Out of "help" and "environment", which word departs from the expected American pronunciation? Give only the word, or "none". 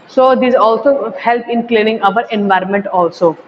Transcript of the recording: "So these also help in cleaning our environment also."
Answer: none